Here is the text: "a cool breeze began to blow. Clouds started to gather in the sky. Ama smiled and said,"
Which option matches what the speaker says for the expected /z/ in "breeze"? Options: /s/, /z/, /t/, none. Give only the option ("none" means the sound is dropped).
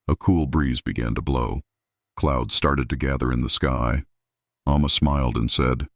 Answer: /z/